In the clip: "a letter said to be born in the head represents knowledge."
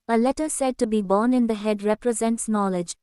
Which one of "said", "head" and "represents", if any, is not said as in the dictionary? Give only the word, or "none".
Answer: none